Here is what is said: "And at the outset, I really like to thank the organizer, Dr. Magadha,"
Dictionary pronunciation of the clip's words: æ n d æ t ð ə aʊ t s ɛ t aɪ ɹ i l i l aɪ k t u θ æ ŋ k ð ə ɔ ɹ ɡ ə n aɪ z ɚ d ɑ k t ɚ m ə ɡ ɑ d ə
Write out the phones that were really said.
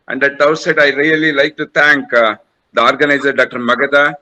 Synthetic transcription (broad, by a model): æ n d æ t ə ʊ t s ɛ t aɪ ɹ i l i l aɪ k t u t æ ŋ k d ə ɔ ɹ ɡ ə n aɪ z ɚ d ɑ k t ɚ m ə ɡ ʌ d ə